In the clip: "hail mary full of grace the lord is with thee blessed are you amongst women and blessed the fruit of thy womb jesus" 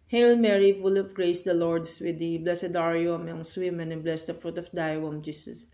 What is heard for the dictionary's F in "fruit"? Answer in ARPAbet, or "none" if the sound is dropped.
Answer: F